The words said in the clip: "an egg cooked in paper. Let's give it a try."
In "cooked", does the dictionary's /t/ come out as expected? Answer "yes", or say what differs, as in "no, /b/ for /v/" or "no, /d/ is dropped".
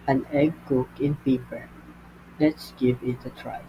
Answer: no, /t/ is dropped